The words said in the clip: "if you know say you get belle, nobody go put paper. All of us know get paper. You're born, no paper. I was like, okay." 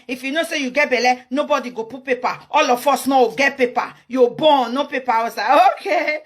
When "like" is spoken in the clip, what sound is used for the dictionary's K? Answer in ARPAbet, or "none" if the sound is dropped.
none